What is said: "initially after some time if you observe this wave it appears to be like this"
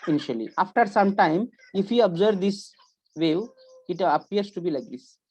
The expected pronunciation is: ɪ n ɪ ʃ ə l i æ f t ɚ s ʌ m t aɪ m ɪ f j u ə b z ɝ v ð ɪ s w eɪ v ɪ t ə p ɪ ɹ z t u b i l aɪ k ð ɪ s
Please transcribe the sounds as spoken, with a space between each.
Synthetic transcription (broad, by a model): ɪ n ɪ ʃ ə l i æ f t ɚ s ʌ m t aɪ m ɪ f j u ə b z ɝ v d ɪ s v eɪ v ɪ t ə p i ɹ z t u b i l aɪ k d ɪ s